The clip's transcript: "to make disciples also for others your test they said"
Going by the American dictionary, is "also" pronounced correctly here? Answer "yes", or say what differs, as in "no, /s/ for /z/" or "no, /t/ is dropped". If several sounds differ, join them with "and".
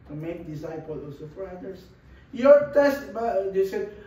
no, /l/ is dropped